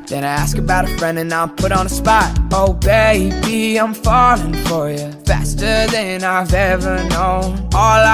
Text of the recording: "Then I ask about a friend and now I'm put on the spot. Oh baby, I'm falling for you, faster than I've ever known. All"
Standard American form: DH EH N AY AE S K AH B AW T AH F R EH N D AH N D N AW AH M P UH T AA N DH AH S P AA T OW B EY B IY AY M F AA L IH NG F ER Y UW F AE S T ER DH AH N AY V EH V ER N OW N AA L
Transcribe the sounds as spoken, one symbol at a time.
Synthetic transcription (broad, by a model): DH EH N AY AE S K AH B AW T AH F R EH N D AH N N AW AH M P UH T N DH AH S P AA T OW B EY B IY AY M F AA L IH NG F ER Y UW F AE S T ER DH AH N AY V EH V ER N OW N AA L